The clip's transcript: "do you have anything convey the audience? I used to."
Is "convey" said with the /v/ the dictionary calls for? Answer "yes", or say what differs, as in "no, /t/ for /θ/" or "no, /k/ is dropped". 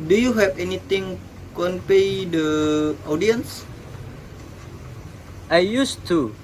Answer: no, /p/ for /v/